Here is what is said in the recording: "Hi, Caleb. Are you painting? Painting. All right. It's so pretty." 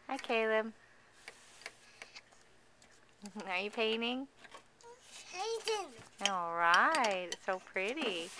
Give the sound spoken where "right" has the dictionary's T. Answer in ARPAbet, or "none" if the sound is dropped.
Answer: none